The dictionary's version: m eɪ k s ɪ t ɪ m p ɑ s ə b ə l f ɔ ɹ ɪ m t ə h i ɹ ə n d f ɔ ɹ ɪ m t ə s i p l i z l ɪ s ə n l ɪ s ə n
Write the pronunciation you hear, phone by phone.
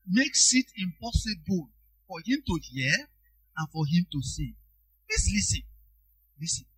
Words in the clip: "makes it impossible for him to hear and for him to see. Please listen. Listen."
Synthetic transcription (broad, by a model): m eɪ k s ɪ t ɪ m p ɑ s ə b ə l f ɔ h ɪ m t ə h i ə n f ɔ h ɪ m t ə s i p l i s l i s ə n l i s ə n